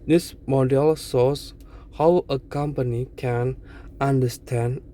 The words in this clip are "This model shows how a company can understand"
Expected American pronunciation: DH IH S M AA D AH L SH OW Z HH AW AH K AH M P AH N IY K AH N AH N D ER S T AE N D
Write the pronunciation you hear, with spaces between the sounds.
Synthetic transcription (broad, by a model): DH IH S M AA D AH L S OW S HH AW AH K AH M P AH N IY K AH N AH N D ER S T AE N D